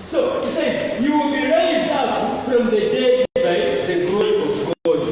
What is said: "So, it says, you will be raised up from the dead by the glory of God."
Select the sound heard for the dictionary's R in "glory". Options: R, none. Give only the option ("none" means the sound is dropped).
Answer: none